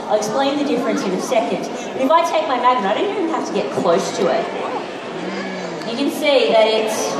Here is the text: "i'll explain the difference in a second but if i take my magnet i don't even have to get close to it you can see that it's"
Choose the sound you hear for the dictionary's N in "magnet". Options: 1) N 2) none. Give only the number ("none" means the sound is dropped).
2